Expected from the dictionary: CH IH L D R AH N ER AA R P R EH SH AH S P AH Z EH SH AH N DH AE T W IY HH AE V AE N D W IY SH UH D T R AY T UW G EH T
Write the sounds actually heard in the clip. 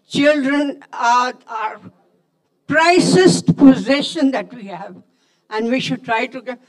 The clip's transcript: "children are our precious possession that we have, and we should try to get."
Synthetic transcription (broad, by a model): CH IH L D R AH N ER AA R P R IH S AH S P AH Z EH SH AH N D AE T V IY HH AE V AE N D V IY SH UH D T R AY T UW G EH